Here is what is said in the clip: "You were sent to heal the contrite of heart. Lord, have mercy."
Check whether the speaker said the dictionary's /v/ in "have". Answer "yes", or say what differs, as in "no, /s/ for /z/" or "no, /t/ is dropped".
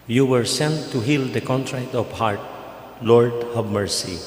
no, /b/ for /v/